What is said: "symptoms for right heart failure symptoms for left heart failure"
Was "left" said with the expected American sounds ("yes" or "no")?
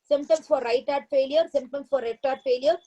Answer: no